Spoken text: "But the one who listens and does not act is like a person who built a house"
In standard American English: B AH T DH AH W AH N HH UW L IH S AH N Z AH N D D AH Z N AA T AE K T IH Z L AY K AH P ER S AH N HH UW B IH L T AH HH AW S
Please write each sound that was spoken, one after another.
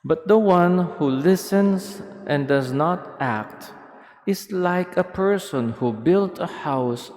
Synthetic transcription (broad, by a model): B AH T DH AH W AH N HH UW L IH S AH N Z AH N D D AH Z N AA T AE K T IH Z L AY K AH P ER S AH N HH UW B IH L T AH HH AW S